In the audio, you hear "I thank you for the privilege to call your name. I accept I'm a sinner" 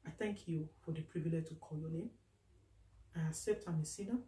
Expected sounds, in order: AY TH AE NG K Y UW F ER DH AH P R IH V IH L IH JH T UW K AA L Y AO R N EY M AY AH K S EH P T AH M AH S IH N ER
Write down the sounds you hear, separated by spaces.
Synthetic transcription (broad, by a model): AY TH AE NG K Y UW F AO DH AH P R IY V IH L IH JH T UW K AA L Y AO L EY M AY AH K S EH P T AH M AH S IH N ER